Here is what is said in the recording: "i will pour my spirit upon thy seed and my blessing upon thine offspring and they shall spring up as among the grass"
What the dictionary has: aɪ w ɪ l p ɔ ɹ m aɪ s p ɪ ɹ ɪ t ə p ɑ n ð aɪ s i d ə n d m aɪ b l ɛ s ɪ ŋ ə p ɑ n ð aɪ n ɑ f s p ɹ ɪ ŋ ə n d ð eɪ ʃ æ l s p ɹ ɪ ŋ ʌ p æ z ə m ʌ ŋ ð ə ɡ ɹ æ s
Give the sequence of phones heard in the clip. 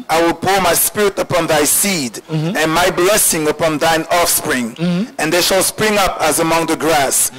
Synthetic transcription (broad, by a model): aɪ w ɪ l p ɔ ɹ m aɪ s p ɪ ɹ ɪ t ə p ɑ n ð aɪ s i d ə n m aɪ b l ɛ s ɪ ŋ ə p ɑ n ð aɪ n ɑ f s p ɹ ɪ ŋ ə n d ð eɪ ʃ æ l s p ɹ ɪ ŋ ʌ p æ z ə m ʌ ŋ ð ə ɡ ɹ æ s